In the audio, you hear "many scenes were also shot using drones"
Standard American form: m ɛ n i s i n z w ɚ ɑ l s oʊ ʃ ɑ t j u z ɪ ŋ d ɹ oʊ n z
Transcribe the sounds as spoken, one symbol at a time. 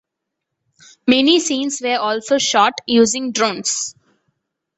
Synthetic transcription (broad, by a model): m ɛ n i s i n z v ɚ ɑ l s oʊ ʃ ɑ t j u z ɪ ŋ d ɹ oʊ n s